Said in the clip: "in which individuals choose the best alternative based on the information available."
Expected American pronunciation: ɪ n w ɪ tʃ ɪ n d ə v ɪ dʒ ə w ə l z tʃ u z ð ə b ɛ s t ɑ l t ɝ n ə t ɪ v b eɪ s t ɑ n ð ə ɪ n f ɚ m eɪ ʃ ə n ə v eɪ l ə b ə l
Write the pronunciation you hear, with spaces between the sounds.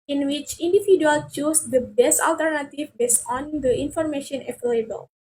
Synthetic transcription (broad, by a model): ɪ n w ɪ tʃ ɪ n d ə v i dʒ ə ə l tʃ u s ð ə b ɛ s t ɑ l t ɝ n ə t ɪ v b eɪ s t ɑ n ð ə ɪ n f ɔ m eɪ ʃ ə n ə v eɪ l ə b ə l